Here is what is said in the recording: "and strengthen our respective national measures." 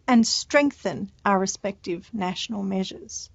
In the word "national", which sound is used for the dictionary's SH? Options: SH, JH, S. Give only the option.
SH